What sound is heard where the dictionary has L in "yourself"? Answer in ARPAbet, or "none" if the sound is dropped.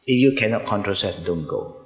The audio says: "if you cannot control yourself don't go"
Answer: none